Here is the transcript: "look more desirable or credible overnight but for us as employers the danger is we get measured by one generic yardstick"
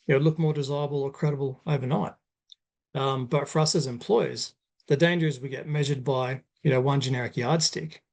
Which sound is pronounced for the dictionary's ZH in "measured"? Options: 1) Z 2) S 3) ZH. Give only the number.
3